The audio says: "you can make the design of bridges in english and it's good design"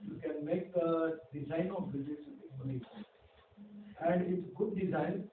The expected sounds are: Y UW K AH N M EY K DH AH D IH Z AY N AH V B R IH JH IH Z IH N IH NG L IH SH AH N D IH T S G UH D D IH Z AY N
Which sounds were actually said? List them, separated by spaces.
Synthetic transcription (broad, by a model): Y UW K AH N M EY K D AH D IH Z AY N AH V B IH Z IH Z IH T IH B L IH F AH N D IH T S G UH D D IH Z AY N